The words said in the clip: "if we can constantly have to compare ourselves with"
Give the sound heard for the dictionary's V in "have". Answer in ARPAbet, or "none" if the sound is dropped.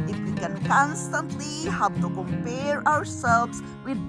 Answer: P